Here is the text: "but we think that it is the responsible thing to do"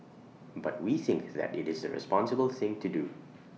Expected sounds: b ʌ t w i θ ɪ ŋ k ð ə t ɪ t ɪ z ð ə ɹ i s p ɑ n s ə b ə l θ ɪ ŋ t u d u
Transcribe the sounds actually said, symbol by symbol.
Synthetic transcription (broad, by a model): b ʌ t w i θ ɪ ŋ k ð ə t ɪ t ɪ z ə ɹ i s p ɑ n s ə b ə l θ ɪ ŋ t u d u